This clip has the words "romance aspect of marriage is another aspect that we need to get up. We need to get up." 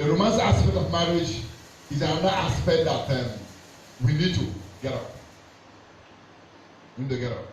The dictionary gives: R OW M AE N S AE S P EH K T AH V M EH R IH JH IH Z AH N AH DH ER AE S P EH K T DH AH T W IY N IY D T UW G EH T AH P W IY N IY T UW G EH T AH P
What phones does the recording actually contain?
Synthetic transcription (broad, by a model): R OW M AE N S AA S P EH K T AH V M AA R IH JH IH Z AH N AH AA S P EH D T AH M W IY N IY D T UW G EH T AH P W IY N IY T UW G EH T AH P